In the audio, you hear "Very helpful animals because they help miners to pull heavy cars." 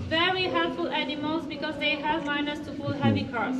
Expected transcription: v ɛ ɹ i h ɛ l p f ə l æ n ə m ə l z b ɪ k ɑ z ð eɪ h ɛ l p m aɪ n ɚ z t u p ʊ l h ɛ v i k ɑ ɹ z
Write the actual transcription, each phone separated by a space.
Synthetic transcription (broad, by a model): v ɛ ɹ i h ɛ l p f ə l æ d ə m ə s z b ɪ k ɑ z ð eɪ h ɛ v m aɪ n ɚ s t u f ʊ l h ɛ v i k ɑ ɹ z